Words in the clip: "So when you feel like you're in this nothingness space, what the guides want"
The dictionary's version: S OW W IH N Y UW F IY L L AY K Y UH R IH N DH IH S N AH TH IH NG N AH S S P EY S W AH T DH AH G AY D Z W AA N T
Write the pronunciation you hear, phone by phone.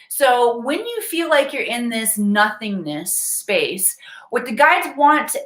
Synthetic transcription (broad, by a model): S OW W IH N Y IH F IY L L AY K Y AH R IH N DH IH S N AH TH IH NG N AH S S P EY S W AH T DH AH G AY D Z W AA N T